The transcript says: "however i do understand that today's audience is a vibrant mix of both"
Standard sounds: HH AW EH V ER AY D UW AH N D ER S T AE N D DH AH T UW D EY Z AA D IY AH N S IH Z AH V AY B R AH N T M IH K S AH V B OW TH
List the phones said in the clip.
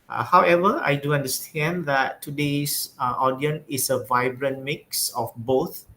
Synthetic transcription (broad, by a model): HH AW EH V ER AY D UW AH N D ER S T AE N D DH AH T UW D EY S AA D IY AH N IH S AH V AY B R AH N M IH K S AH F B OW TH